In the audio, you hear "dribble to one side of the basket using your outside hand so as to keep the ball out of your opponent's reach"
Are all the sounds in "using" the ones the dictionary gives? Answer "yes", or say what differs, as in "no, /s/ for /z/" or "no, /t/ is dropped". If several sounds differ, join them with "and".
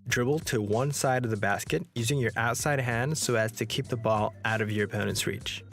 yes